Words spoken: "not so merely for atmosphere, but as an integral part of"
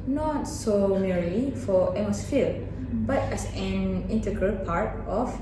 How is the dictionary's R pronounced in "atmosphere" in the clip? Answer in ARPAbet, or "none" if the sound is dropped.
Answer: L